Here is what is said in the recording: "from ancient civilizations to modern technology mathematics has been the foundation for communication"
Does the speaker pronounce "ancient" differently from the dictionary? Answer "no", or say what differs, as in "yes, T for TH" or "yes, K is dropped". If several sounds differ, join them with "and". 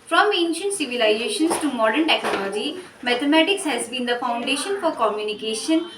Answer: no